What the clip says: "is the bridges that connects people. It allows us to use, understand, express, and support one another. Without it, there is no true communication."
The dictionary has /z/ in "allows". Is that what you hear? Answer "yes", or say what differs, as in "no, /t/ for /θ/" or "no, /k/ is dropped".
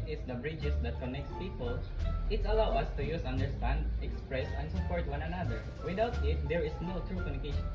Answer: no, /z/ is dropped